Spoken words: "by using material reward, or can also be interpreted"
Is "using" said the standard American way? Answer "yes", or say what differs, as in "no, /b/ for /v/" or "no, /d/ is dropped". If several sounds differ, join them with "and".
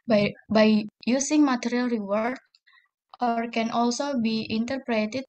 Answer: no, /s/ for /z/